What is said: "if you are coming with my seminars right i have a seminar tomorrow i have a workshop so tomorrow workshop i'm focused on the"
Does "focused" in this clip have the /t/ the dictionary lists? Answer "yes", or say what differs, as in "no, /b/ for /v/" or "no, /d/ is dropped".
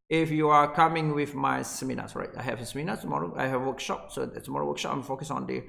no, /t/ is dropped